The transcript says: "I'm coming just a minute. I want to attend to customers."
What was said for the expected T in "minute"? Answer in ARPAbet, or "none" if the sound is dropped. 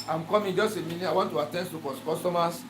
none